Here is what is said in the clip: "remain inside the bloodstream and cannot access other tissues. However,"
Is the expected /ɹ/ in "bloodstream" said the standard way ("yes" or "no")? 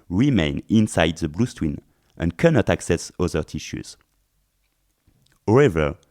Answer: no